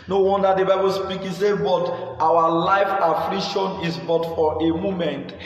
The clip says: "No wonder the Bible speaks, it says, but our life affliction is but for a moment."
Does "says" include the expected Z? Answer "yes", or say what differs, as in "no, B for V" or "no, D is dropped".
no, Z is dropped